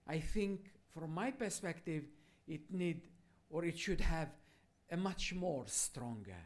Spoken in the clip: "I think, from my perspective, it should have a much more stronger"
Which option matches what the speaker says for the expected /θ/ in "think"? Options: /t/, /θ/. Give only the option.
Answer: /θ/